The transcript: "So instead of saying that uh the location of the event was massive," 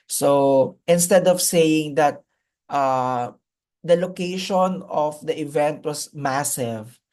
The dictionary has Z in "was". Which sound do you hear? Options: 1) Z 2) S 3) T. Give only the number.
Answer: 2